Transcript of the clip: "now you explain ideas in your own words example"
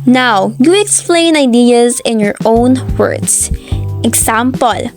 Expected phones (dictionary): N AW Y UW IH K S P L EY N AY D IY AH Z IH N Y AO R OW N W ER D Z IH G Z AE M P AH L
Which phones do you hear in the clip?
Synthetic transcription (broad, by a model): N AW Y UW IH K S P L EY N AY D IY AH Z IH N Y AO R OW N W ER D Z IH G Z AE M P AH L